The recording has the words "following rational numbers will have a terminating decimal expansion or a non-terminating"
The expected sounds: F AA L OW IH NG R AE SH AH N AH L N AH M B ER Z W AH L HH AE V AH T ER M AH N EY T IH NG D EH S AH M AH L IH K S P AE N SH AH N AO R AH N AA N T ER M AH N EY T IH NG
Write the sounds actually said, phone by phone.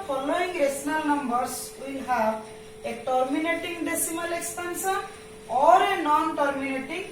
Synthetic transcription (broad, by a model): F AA L OW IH NG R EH S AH N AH L N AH M B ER S W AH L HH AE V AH T ER M AH N EY T IH NG D EH S AH M AH L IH K S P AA N S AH N AO R AH N AA N T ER M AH N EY T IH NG